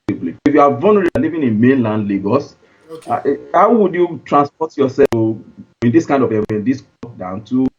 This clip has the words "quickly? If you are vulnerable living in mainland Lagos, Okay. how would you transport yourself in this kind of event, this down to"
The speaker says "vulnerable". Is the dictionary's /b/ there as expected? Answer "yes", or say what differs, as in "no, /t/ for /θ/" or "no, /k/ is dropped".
no, /b/ is dropped